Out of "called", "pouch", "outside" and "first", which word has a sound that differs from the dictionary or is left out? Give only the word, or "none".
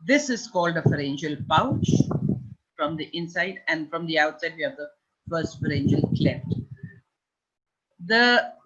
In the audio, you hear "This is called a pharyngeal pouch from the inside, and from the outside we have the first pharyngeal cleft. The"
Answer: none